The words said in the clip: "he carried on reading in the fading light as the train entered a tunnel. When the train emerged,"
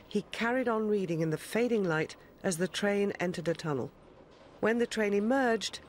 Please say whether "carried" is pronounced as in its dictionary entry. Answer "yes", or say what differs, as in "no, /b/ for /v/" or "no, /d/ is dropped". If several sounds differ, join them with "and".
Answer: yes